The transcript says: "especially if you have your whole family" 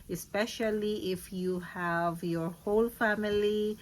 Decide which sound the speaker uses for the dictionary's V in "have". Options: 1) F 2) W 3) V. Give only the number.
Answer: 3